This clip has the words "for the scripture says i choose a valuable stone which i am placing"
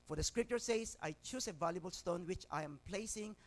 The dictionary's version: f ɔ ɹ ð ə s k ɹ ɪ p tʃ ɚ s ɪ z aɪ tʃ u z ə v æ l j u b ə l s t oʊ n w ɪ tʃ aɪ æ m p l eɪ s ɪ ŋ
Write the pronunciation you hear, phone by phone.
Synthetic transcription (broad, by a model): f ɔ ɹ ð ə s k ɹ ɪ p tʃ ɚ s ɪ s aɪ tʃ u s ə v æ l j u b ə l s t oʊ n w ɪ tʃ aɪ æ m p l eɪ s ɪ ŋ